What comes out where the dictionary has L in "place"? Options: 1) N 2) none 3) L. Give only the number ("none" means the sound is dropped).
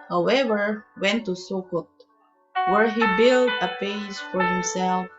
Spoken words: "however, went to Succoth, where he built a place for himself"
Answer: 2